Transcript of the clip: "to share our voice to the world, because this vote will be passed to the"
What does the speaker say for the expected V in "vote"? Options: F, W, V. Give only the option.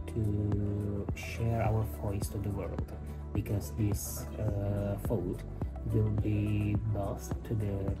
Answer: F